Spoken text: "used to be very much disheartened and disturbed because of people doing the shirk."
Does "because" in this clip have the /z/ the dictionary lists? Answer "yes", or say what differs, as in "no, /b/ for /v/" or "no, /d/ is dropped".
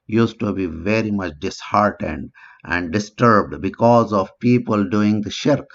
yes